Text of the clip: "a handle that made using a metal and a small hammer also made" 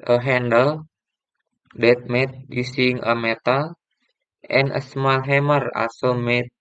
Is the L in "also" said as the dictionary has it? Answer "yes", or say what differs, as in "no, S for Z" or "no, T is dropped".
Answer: no, L is dropped